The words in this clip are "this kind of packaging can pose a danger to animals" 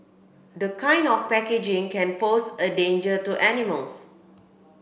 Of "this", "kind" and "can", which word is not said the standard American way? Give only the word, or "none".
this